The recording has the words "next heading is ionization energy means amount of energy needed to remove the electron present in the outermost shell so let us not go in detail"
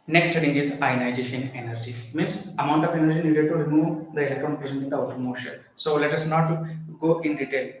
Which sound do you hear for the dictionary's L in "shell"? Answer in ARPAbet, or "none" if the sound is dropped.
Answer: N